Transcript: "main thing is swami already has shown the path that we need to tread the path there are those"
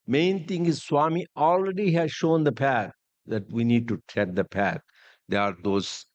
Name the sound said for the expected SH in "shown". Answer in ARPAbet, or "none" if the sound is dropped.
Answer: SH